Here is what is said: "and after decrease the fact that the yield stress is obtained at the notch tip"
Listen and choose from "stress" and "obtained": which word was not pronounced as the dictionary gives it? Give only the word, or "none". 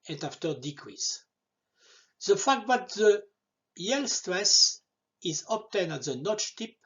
obtained